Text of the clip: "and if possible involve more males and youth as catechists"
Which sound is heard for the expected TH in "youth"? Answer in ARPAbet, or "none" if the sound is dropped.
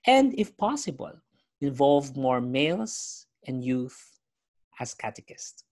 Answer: TH